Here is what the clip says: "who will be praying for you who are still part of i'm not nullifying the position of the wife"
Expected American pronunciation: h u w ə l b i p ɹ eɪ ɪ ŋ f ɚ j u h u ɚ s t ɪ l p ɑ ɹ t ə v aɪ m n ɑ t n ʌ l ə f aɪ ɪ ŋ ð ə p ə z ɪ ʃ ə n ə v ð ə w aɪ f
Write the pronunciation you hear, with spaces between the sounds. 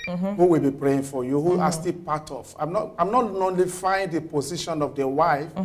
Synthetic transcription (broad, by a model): h u w ə l b i p ɹ eɪ ɪ ŋ f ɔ j u h u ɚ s t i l p ɑ t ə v aɪ m n ɑ t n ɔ l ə f aɪ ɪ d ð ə p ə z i ʃ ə n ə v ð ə w aɪ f